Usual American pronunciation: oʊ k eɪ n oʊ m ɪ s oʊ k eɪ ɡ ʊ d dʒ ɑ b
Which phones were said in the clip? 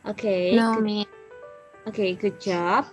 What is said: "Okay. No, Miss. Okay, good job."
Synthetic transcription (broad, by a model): oʊ k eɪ n oʊ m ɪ oʊ k eɪ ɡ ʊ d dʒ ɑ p